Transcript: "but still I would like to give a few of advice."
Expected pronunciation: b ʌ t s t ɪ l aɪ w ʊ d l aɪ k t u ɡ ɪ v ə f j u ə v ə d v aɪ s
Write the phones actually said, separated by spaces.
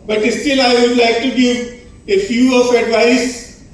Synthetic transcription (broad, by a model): b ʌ t s t ɪ l aɪ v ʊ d l aɪ k t u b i ə f j u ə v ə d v aɪ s